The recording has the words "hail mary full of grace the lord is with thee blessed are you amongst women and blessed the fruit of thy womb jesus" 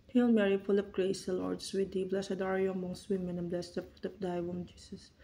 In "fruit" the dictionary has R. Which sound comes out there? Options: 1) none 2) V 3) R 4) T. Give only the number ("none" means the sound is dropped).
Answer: 1